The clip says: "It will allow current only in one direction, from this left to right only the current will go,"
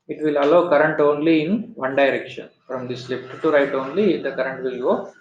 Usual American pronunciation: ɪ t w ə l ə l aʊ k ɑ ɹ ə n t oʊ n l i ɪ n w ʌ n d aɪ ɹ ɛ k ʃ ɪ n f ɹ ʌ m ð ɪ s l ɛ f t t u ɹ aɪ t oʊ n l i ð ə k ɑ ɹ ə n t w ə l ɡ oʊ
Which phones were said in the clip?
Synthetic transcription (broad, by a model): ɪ t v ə l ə l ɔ k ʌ ɹ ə n t oʊ n l i ɪ n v ʌ n d aɪ ɹ ɛ k ʃ ɪ n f ɹ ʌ m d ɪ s l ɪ p t t u ɹ aɪ t oʊ n l i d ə k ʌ ɹ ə n t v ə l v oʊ